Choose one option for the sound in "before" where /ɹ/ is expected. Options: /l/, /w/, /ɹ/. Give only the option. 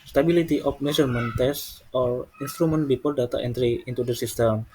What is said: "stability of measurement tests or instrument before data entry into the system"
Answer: /l/